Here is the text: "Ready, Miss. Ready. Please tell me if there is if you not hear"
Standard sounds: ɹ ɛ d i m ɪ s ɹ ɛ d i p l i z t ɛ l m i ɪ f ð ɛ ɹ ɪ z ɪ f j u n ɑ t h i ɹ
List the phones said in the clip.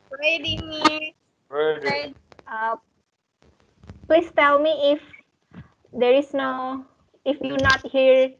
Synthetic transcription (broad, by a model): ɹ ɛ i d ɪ ɹ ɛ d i p l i s t ɛ l m i ɪ f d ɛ ɹ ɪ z ɪ f j u n ɑ t h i ɹ